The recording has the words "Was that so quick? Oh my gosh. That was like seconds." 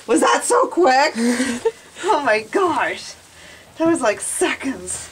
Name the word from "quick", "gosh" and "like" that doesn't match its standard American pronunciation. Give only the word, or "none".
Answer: none